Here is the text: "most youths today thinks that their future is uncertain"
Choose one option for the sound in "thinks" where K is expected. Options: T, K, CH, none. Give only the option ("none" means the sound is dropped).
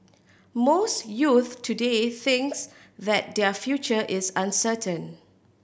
K